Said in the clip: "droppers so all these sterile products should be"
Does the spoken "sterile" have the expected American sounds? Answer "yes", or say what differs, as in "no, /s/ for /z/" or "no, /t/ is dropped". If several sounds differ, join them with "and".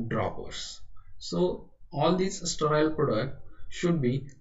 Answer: no, /ɹ/ is dropped